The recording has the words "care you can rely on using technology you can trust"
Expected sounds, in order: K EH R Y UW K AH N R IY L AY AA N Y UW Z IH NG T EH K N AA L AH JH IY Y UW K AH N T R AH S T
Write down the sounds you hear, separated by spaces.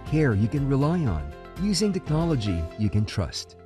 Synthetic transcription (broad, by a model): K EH R Y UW K AH N R IY L AY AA N Y UW Z IH NG T EH K N AA L AH JH IY Y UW K AH N T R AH S T